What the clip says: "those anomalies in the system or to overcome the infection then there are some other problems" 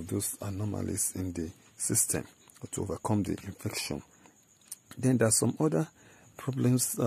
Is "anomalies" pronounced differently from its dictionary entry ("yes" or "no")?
yes